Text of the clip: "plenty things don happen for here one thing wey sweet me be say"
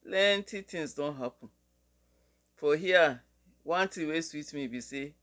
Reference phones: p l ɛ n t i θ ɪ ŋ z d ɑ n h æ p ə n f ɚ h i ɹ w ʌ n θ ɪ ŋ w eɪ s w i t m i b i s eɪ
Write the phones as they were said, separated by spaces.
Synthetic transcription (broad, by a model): l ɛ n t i t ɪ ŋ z d ɑ n h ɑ p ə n f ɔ h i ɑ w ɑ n t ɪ w eɪ s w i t m i b i s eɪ